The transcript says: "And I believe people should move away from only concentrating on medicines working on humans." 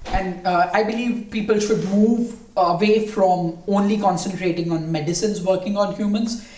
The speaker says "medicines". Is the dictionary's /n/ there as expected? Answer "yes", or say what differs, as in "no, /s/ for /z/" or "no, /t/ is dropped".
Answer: yes